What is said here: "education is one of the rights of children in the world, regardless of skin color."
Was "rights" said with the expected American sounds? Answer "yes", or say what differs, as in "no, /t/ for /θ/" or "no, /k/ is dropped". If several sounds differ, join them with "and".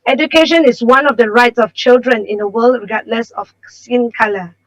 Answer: yes